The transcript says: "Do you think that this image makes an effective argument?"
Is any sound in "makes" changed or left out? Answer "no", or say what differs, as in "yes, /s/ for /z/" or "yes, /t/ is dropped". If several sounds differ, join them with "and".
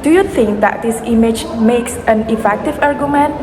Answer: no